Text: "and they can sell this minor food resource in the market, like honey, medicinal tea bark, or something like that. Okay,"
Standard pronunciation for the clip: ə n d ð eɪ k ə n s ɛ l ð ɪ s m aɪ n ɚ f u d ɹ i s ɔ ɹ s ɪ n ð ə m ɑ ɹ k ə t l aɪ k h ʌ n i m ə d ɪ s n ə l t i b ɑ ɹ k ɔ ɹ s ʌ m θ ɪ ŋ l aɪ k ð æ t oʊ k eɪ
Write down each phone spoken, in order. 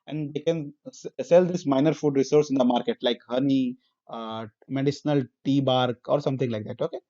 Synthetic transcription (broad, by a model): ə n d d eɪ k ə n s ɛ l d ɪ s m aɪ n ɚ f u d ɹ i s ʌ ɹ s ɪ n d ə m ɑ ɹ k ə t l aɪ k h ʌ n i m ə d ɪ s n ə l t i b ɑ ɹ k ɔ ɹ s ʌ m t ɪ ŋ l aɪ k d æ t oʊ k eɪ